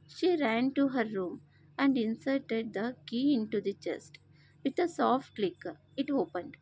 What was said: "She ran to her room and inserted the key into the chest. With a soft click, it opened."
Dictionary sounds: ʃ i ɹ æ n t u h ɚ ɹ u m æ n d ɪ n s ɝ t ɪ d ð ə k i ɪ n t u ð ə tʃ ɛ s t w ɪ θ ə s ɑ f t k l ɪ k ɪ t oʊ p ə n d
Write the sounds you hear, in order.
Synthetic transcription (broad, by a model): ʃ i ɹ æ n t u h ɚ ɹ u m æ n d ɪ n s ɝ t ɪ d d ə k i ɪ n t u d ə tʃ ɛ s t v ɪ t ə s ɑ f t k l ɪ k ɪ t oʊ p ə n d